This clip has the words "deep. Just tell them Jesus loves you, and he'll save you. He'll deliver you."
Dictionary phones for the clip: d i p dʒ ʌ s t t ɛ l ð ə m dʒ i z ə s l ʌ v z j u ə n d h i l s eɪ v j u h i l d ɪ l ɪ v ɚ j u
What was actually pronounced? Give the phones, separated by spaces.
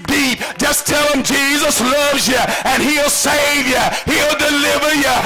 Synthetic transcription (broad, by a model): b i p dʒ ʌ s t t ɛ l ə m dʒ i z ə s l ʌ v z j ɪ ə n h i l s eɪ v j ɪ h i l d ɪ l ɪ v ɚ j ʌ